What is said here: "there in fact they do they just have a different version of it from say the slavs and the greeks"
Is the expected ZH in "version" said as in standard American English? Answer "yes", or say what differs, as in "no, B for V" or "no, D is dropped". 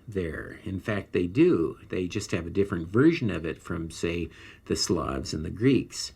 yes